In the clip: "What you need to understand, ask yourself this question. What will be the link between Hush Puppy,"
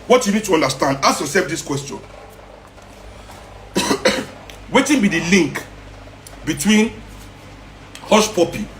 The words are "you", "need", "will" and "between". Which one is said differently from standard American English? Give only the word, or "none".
will